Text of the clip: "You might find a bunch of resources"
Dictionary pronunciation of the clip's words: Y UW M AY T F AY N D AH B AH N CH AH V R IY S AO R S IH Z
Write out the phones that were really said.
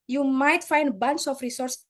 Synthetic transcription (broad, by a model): Y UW M AY T F AY N D B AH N S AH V R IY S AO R S